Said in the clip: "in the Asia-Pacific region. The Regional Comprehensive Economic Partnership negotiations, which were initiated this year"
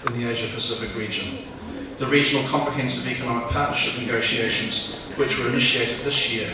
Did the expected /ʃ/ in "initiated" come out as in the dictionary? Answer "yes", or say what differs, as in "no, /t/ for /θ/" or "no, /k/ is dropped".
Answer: yes